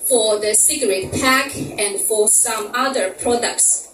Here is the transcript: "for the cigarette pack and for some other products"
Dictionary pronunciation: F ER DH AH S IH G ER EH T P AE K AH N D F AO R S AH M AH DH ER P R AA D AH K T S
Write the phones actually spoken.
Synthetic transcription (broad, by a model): F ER DH AH S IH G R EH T P AE K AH N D F AO R S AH M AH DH ER P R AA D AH K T S